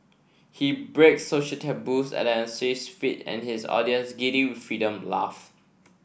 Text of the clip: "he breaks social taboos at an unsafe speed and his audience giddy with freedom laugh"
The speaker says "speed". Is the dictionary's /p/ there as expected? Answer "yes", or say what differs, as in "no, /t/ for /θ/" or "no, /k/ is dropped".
no, /f/ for /p/